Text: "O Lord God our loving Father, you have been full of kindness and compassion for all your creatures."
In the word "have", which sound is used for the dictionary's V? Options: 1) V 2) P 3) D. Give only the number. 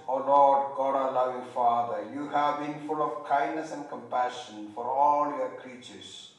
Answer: 1